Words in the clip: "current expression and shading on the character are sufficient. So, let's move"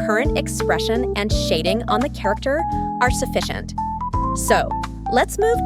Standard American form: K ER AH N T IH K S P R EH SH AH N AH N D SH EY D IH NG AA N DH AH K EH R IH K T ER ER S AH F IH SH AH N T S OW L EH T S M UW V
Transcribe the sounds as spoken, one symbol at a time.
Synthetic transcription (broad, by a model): ER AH N T IH K S P R EH SH AH N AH N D SH EY D IH NG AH N DH AH K EH R IH K T ER ER S AH F IH SH AH N T S OW L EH T S M UW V